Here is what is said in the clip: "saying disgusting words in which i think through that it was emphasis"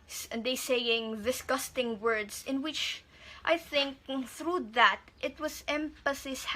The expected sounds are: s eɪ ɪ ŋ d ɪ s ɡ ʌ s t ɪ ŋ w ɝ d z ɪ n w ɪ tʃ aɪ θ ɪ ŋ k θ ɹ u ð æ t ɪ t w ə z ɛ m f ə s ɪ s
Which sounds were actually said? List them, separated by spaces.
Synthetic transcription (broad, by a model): s eɪ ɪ ŋ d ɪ s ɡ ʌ s t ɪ ŋ w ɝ d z ɪ n w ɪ tʃ aɪ θ ɪ ŋ k θ ɹ u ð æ t ɪ t w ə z ɛ m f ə s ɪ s